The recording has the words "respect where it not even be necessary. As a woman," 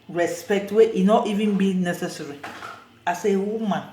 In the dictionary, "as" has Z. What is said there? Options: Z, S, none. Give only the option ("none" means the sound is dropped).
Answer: S